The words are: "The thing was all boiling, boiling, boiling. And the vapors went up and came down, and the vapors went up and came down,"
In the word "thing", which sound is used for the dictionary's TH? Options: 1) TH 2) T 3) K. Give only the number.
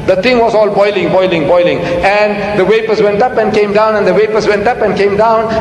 2